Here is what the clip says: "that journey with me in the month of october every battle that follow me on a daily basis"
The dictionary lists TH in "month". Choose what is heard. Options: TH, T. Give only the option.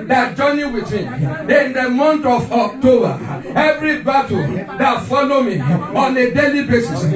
T